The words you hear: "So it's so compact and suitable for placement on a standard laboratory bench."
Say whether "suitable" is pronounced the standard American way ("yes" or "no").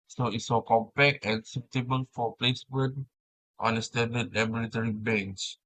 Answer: no